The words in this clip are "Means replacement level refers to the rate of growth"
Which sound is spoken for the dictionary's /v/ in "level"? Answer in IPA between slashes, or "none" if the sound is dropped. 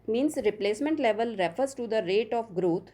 /v/